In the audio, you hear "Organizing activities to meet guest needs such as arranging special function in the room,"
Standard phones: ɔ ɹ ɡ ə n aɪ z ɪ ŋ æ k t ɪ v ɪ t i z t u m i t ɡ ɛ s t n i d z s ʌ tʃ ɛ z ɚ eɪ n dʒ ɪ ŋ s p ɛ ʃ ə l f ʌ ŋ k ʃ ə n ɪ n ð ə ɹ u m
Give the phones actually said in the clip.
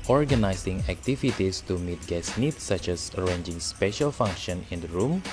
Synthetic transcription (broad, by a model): ɔ ɹ ɡ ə n aɪ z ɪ ŋ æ k t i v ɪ t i s t u m i t ɡ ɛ s n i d s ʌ tʃ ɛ s ɚ eɪ n dʒ ɪ ŋ s p ɛ ʃ ə l f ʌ ŋ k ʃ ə n ɪ n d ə ɹ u m